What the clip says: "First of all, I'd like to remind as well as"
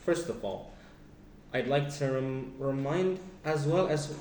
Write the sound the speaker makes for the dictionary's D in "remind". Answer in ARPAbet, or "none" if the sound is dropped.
D